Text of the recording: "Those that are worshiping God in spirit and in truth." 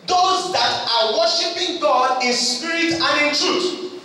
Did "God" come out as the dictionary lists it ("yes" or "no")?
yes